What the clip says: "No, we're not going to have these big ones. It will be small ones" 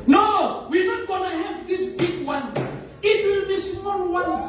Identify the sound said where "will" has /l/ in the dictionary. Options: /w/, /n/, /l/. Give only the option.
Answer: /l/